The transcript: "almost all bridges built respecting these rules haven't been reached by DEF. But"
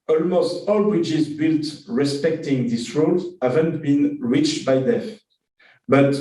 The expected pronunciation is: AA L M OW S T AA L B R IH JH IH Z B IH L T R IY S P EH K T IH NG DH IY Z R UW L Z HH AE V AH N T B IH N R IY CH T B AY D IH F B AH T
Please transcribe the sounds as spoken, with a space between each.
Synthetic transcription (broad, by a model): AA L M OW S T AA L B R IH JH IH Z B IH L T R IY S P EH K T IH NG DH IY S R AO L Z HH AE V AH N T B IH N R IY CH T B AY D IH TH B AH T